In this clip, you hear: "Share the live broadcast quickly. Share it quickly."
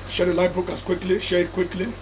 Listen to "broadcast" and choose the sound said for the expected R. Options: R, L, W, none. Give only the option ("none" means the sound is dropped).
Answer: none